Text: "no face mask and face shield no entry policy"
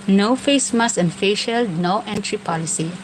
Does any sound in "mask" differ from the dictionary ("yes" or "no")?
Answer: yes